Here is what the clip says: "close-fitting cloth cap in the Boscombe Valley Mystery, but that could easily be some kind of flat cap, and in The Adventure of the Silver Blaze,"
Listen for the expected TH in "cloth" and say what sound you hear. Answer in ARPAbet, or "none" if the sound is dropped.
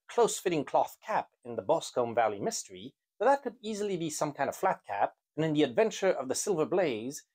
TH